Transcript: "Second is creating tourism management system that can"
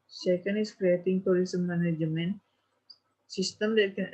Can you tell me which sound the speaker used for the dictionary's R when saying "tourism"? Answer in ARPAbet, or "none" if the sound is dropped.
L